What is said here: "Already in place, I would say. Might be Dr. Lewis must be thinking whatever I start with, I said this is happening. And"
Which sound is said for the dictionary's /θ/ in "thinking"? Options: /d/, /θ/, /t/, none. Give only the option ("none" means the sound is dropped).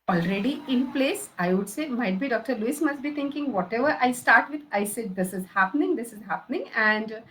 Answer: /t/